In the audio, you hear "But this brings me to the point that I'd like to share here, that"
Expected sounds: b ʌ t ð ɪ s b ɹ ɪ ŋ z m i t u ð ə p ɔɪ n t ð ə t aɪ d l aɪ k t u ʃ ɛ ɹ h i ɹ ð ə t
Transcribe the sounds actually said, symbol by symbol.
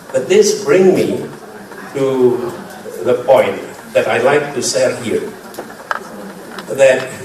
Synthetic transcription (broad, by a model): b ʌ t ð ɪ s b ɹ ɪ ŋ m i t u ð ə p ɔɪ n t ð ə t aɪ l aɪ k t u s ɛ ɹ h i ɹ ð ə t